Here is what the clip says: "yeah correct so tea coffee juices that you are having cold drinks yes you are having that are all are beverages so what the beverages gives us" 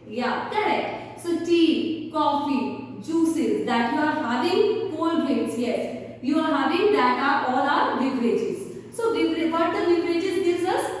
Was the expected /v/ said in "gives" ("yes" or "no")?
no